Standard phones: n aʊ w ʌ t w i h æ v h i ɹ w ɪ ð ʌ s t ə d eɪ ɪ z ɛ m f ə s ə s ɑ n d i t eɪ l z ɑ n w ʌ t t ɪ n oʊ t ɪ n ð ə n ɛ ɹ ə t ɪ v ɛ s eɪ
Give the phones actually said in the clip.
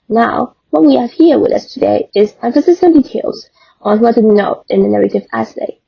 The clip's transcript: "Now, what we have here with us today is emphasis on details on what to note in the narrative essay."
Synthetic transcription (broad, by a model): n aʊ w ʌ t w i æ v h i ɹ w ɪ ð ʌ s t ə d eɪ ɪ z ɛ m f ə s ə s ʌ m d i t eɪ l z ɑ n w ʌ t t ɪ n oʊ t ɪ n ð ə n ɛ ɹ ə t ɪ v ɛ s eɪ